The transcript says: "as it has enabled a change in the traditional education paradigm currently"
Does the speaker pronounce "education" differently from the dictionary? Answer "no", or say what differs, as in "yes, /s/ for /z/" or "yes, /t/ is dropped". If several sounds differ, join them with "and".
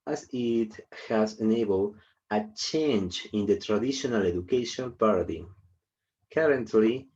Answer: yes, /l/ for /n/